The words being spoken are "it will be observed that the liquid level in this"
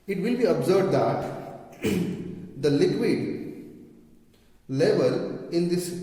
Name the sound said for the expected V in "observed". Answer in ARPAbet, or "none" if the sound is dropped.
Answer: B